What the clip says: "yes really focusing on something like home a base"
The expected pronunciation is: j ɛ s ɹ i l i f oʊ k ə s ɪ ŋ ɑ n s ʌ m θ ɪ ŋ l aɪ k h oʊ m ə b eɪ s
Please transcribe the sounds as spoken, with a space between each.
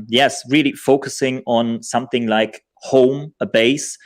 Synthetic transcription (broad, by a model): j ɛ s ɹ i l i f oʊ k ə s ɪ ŋ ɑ n s ʌ m θ ɪ ŋ l aɪ k h oʊ m ə b eɪ s